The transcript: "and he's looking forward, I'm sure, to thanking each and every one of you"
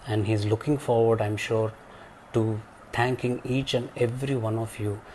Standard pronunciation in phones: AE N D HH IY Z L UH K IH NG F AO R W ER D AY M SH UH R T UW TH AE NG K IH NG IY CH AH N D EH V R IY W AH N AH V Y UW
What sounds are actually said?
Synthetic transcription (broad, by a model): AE N D HH IY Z L UH K IH NG F AO R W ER D AY M SH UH R T UW T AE NG K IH NG IY CH AH N D EH V R IY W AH N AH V Y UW